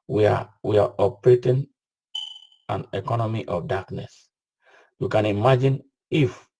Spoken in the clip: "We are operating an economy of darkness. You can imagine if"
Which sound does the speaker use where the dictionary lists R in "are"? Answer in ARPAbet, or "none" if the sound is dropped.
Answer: W